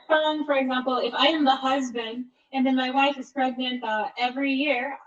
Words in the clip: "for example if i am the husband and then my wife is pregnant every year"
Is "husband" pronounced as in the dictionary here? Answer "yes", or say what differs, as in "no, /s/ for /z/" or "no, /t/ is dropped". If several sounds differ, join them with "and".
yes